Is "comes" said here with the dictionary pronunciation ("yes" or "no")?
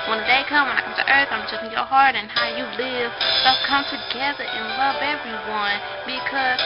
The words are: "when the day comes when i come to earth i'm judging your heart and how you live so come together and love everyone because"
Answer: no